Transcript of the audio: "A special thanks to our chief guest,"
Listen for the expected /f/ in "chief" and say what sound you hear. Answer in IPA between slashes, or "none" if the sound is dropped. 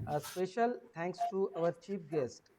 /p/